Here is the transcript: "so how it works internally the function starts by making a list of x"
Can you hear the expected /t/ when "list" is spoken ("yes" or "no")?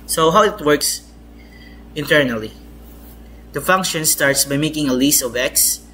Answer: no